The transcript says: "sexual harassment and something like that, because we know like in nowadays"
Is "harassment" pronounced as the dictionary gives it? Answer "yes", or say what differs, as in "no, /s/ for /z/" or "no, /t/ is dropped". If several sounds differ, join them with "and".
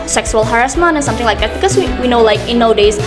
no, /t/ is dropped